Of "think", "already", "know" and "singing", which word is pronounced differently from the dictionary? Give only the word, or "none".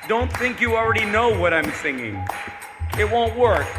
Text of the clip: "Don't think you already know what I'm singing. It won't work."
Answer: none